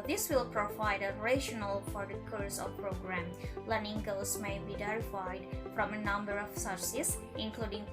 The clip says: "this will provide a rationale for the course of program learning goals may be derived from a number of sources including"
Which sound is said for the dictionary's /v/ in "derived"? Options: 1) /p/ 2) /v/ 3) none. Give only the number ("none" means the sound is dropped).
3